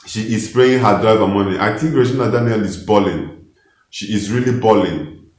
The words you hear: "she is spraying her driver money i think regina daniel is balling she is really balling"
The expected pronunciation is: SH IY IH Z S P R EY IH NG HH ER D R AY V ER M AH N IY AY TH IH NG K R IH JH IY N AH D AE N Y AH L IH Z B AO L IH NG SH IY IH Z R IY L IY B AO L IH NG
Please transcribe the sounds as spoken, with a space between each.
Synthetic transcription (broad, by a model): SH IY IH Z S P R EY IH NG HH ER D R AY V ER M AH N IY AY T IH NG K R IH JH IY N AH D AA N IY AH L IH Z B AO L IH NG SH IY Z R IY L IY B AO L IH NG